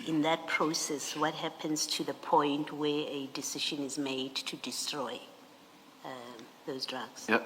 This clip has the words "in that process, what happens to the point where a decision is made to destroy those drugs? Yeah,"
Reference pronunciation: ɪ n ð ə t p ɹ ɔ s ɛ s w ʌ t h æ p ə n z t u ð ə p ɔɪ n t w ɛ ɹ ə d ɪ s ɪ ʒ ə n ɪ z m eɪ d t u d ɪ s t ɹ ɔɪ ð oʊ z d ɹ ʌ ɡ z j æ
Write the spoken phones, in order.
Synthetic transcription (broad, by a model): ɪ n ð ə t p ɹ ɔ s ɛ s w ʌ t h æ p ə n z t u ð ə p ɔɪ n t w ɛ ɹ ə d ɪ s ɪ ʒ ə n ɪ z m eɪ d t u d ɪ s t ɹ ɔɪ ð oʊ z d ɹ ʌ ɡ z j